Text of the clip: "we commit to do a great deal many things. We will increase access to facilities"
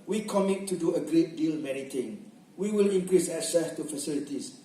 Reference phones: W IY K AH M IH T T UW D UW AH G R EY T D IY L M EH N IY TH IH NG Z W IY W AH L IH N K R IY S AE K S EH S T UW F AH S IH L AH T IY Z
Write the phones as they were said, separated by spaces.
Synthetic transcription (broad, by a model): W IY K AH M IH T T UW D UW AH G R EY T D IY L M EH N IY T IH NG W IY W AH L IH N K R IY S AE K S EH S T UW F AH S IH L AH T IY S